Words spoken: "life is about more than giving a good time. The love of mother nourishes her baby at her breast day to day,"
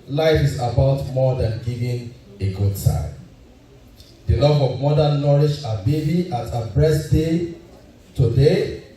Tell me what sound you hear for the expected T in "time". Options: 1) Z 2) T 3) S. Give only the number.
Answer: 3